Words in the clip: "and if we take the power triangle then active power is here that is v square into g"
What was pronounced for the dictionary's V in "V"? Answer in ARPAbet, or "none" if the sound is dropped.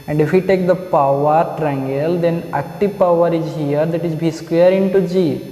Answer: B